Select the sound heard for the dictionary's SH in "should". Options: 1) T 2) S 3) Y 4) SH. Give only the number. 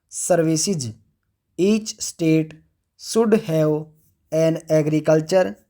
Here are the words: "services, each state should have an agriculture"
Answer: 2